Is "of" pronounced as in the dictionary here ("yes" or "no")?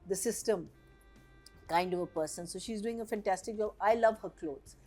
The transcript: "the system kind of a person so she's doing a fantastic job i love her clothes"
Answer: yes